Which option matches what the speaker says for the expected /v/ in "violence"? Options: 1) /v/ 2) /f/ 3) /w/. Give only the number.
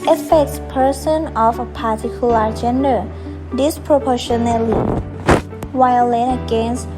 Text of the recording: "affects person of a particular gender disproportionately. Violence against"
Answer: 3